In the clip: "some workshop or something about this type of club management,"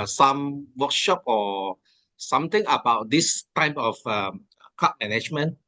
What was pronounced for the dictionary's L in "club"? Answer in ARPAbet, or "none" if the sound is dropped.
none